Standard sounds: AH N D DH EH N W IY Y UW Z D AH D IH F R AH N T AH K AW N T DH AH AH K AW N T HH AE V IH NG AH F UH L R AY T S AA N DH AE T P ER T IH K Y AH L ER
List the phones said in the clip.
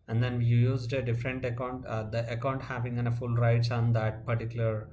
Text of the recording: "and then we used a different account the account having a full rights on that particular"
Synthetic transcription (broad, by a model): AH N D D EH N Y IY Y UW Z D AH D IH F R AH N T AH K AW N T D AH AH K AW N T HH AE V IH NG AH F UH L R AY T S AA N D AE T P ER T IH K Y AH L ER